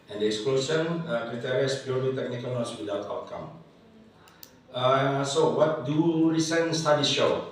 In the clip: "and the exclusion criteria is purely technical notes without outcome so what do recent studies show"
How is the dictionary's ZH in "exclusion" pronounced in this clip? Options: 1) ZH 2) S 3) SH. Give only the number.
2